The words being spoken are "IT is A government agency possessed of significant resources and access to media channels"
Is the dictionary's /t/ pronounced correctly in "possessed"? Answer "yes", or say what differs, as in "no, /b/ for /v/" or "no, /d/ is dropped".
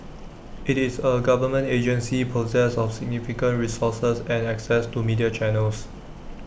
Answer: no, /t/ is dropped